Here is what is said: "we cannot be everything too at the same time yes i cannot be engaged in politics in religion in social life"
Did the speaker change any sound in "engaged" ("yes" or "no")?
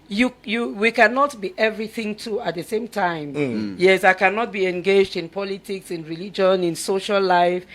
no